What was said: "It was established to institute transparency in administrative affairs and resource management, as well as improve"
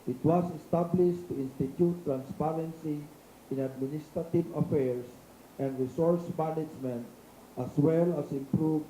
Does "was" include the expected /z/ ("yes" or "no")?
no